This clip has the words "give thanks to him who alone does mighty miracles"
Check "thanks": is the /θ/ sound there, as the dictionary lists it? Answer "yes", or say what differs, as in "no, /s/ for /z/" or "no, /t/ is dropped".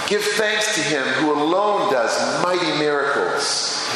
yes